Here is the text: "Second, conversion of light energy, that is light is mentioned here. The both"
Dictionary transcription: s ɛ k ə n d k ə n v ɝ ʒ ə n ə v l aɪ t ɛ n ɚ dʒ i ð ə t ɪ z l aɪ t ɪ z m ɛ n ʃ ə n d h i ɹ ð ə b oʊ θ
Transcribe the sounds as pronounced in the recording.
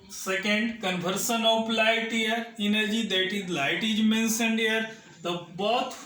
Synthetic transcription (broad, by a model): s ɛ k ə n d k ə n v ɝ s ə n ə p l aɪ t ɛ n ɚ dʒ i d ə t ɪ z l aɪ t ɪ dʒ m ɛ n s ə n d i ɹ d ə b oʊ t